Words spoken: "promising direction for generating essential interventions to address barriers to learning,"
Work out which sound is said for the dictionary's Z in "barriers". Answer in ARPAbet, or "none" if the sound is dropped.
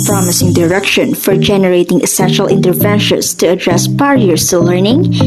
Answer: S